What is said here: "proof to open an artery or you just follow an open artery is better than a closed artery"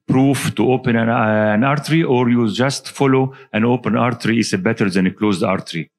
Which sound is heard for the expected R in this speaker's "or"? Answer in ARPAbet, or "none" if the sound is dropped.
R